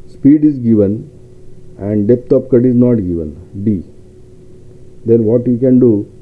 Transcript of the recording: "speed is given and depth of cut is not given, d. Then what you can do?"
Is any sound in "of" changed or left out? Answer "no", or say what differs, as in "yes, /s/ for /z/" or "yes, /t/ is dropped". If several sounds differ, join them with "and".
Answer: yes, /p/ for /v/